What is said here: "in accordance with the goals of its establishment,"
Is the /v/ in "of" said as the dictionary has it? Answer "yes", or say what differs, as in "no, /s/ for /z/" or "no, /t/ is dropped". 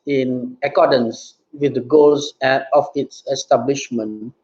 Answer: no, /p/ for /v/